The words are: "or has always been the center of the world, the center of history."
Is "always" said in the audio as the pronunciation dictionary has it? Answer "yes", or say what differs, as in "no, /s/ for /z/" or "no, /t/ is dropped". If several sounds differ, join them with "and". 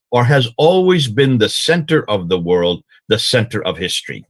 yes